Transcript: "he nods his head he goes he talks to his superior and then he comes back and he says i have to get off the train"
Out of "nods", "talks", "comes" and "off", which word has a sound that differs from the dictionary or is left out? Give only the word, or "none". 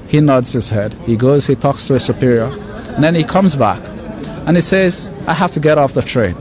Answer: none